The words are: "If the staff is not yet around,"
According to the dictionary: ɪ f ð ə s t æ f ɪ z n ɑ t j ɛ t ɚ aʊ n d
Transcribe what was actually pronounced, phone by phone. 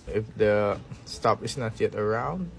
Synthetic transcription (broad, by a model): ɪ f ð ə s t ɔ p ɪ s n ɑ t j ɛ t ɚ aʊ n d